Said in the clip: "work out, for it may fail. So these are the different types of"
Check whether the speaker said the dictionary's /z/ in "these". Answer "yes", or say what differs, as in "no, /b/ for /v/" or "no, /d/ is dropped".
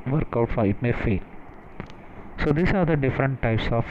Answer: no, /s/ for /z/